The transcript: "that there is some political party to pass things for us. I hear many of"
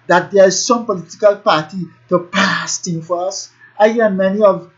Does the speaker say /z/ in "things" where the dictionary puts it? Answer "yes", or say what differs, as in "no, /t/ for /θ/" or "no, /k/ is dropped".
no, /z/ is dropped